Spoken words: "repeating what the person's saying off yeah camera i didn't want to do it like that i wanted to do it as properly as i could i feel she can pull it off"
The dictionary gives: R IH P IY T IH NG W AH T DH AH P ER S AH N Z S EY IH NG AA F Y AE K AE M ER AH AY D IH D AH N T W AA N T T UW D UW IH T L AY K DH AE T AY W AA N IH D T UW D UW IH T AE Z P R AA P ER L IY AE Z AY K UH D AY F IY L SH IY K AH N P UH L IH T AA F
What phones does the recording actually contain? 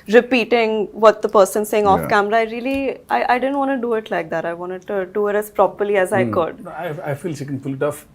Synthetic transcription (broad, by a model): R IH P IY T IH NG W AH T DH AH P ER S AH N S EY IH NG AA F K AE M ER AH AY D IH D AH N T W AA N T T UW D UW IH T L AY K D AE T AY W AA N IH D T UW D UW IH T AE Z P R AA P ER L IY AE Z AY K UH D AY F IY L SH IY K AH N F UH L IH T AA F